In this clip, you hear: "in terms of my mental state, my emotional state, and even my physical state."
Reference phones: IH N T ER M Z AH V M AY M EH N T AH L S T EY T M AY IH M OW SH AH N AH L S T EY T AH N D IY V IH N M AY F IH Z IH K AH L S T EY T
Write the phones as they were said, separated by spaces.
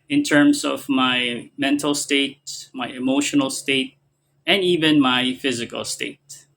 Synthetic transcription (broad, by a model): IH N T ER M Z AH V M AY M EH N T L S T EY T M AY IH M OW SH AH N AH L S T EY T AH N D IY V IH N M AY F IH Z IH K AH L S T EY T